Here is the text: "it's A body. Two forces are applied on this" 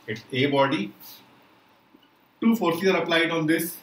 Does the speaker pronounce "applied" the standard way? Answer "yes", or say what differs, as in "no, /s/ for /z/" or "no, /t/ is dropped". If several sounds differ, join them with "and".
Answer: yes